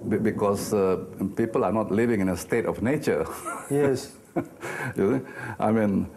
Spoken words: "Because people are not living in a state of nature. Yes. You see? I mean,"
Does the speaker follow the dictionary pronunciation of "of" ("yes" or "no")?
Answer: no